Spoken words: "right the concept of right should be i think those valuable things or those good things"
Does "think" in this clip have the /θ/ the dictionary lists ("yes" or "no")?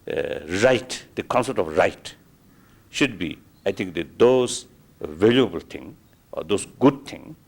no